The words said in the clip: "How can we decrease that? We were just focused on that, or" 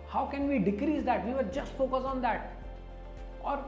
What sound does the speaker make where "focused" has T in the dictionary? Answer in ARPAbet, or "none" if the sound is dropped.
none